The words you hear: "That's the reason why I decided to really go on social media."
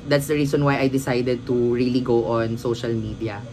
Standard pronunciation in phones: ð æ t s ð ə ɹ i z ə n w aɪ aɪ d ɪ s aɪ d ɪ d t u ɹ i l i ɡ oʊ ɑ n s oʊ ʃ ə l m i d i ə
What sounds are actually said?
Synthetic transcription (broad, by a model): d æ t s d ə ɹ i s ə n w aɪ aɪ d ɪ s aɪ d ɪ d t u ɹ i l i ɡ oʊ ɑ n s oʊ ʃ ə l m i d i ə